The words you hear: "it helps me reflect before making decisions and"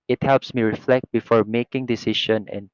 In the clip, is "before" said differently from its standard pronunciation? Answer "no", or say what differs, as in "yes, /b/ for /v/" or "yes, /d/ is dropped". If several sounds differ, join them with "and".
no